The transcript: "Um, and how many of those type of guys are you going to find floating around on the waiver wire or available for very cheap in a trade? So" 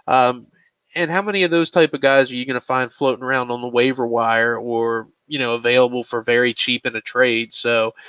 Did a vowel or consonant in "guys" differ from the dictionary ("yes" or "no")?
no